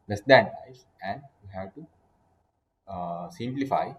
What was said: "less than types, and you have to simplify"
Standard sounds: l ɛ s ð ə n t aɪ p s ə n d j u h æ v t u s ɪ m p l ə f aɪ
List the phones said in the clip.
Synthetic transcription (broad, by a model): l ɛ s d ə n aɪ s ə n d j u h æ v t u s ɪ m p l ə f aɪ